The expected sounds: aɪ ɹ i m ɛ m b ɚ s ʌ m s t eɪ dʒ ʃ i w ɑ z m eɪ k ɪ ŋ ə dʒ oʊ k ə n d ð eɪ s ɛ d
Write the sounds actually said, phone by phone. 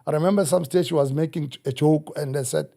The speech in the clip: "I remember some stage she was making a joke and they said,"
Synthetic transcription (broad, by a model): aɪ ɹ i m ɛ m b ɚ s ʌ m s t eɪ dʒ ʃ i w ɑ z m eɪ k ɪ ŋ ə tʃ oʊ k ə n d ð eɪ s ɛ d